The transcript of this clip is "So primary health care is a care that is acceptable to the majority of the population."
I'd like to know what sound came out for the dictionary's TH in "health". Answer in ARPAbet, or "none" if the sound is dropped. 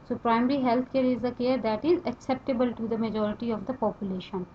T